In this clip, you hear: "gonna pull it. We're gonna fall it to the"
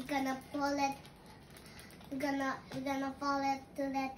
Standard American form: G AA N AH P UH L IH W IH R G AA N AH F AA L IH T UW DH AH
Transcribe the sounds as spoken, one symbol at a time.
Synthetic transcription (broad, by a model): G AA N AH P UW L IH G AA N G AA N AH P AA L IH T UW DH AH